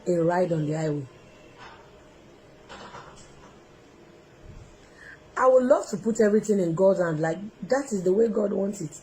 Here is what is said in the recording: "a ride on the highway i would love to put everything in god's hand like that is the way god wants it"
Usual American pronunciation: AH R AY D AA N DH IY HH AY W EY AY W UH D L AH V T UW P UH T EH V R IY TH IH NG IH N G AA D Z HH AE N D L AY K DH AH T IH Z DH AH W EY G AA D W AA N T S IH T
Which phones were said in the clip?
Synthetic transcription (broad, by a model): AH R AY D AA N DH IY AY W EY AY W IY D L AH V T UW P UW T EH V R IY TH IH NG IH N G AA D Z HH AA N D L AY K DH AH T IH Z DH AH W EY G AA D W AA N T S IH T